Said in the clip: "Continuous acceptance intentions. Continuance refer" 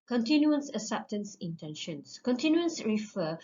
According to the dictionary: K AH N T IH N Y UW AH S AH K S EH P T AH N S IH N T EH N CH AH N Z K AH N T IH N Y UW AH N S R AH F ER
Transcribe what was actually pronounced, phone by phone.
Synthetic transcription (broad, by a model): K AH N T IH N Y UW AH S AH S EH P T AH N S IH N T EH N SH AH N S K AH N T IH N Y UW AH N S R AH F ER